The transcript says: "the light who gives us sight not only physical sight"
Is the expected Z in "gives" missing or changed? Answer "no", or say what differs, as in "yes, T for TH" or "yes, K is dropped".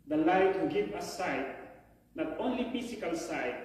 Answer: yes, Z is dropped